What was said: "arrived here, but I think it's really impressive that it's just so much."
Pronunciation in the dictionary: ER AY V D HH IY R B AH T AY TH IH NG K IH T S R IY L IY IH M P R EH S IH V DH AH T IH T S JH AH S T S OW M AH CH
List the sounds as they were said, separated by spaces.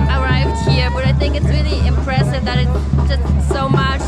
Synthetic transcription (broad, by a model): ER AY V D HH IY R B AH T AY TH IH NG K IH T S R IY L IY IH M P R EH S IH V DH AH T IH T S JH AH S T S OW M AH CH